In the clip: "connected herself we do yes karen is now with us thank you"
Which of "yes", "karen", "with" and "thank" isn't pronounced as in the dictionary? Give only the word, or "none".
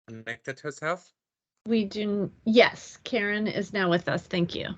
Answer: none